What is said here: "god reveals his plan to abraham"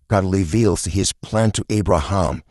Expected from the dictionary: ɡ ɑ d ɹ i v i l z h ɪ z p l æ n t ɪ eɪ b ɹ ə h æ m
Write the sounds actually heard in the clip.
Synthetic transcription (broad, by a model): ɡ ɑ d l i v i l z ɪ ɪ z p l æ n t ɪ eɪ b ɹ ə h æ m